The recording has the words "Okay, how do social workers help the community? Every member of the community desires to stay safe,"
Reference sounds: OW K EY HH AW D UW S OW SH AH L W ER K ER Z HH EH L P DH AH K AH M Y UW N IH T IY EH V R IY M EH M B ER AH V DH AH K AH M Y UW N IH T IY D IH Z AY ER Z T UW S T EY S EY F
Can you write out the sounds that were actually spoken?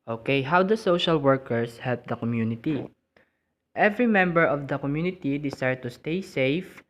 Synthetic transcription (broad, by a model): OW K EY HH AW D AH S OW SH AH L W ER K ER S HH EH L P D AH K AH M Y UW N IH T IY EH V R IY M EH M B ER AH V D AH K AH M Y UW N IH T IY D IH S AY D T UW S T EY S EY F